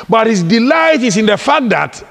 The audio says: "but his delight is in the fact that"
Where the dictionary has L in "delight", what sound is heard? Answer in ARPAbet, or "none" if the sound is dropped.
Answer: L